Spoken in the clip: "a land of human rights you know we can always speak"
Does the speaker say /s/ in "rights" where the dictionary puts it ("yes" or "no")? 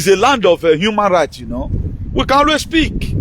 no